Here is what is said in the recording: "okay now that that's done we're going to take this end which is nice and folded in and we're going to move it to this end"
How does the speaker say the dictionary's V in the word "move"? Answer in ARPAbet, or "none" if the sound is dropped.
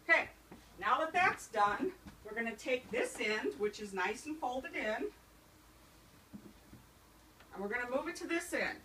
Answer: V